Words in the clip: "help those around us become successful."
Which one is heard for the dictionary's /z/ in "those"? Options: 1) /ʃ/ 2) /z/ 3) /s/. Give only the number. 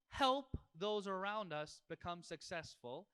2